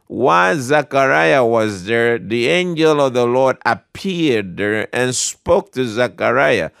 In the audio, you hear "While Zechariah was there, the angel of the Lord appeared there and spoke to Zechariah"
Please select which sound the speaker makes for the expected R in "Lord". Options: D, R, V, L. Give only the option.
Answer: R